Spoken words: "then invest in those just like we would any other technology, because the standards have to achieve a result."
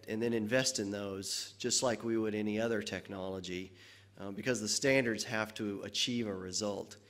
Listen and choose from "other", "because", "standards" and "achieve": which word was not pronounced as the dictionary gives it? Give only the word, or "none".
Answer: none